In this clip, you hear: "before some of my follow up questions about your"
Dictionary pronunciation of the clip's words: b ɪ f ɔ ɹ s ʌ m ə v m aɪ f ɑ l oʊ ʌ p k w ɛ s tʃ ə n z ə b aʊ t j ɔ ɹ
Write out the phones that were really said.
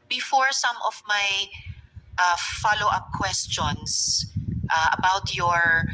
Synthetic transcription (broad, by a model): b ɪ f ɔ ɹ s ʌ m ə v m aɪ f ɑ l oʊ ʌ p k w ɛ s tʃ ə n s ə b aʊ t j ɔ ɹ